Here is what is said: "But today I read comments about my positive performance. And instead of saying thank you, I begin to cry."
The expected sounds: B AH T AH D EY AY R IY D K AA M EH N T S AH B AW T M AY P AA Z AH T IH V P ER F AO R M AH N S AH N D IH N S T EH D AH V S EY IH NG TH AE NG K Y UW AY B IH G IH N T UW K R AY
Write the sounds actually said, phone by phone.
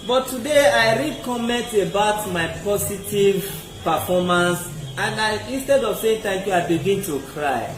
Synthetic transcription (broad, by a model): B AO T AH D EY AY R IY K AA M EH N T AH B AW T M AY P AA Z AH T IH V P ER F AO M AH N S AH N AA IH N S T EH D AH V S EY IH NG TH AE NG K Y UW AY B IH G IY N T UW K R AY